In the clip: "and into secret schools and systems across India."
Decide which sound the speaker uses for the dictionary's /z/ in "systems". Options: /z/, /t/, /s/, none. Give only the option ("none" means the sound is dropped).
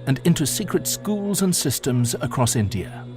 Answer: /z/